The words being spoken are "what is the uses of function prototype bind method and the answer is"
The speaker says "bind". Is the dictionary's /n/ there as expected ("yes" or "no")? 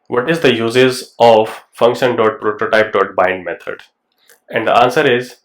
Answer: yes